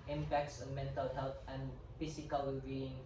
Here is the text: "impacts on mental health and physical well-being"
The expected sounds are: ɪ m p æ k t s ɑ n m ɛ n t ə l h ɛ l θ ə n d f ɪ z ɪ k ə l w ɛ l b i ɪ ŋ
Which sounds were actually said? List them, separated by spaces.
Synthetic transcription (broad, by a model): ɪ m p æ k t s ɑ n m ɛ n t ə l h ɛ l t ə n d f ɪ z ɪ k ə l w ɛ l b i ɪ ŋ